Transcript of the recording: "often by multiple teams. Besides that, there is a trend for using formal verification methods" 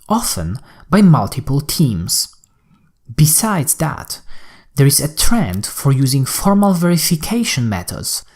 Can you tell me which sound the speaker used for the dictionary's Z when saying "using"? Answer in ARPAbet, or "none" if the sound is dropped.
Z